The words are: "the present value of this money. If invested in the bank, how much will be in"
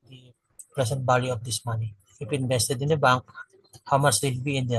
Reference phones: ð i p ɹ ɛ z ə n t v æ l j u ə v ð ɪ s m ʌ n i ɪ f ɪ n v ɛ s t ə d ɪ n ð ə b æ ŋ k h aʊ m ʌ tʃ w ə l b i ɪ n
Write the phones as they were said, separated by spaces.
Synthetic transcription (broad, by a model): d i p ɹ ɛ s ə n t b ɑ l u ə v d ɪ s m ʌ n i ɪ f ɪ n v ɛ s t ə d ɪ n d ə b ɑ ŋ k h aʊ m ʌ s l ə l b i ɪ n